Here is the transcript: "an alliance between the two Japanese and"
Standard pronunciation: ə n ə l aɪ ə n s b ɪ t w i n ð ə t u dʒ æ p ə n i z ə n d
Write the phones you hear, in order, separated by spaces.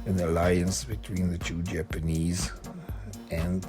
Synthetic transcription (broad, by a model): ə n ə l aɪ ə n s b ɪ t w i n ð ə t u dʒ æ p ə n i z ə n